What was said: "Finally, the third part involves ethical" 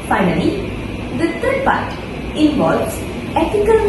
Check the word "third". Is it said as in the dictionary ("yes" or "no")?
no